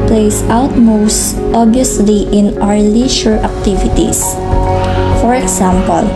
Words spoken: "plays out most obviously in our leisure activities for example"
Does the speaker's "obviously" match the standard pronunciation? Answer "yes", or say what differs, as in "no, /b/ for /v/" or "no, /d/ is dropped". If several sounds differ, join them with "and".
no, /v/ is dropped